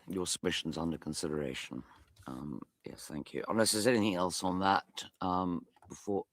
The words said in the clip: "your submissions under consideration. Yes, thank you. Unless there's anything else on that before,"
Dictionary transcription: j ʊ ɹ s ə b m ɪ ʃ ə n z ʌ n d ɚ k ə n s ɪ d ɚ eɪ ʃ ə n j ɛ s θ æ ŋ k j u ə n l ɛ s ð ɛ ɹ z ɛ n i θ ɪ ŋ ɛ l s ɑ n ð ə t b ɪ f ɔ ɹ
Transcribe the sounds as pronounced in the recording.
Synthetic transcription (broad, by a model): j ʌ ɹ s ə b m ɪ ʃ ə n z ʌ n d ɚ k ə n s ɪ d ɚ eɪ ʃ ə n j ɛ s θ æ ŋ k j u ə n l ɛ s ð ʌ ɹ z ɛ n i θ ɪ ŋ ɛ l s n ð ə t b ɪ f ɔ ɹ